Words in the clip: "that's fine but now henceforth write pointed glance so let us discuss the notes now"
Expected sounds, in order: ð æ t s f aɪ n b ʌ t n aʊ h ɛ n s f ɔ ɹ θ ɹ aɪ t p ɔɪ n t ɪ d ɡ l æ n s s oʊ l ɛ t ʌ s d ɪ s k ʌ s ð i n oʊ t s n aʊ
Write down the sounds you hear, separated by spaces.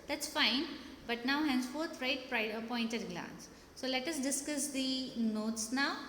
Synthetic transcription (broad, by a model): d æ t s f aɪ n b ʌ t n aʊ h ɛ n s f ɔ ɹ t ɹ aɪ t p ɔɪ n t ɪ d ɡ l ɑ n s s oʊ l ɛ t ʌ s d ɪ s k ʌ s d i n oʊ t s n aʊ